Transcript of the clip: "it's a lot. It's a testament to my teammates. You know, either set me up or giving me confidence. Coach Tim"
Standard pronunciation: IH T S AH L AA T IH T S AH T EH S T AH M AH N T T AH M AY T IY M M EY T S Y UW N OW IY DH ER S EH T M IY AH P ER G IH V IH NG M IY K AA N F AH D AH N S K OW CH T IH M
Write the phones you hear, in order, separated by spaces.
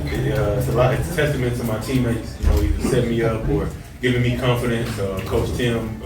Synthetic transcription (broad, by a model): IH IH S AH L AA T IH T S T EH S T AH M AH N T S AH M AY T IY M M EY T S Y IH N OW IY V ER S EH T M IY AH P ER G IH V IH NG M IY K AA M F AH D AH N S K OW S T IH M